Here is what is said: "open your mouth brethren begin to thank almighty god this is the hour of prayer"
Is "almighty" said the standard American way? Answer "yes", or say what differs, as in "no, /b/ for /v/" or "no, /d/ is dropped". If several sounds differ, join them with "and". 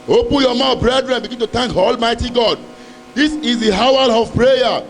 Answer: yes